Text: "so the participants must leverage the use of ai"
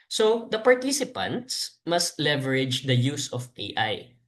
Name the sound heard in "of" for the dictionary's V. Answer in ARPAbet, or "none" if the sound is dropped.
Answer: P